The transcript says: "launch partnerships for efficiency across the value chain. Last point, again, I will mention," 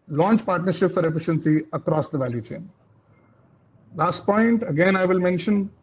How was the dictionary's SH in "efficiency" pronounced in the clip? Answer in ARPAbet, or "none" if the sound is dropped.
SH